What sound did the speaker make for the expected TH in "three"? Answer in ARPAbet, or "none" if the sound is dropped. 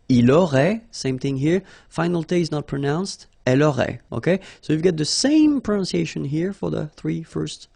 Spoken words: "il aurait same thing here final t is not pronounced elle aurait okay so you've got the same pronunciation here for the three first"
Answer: TH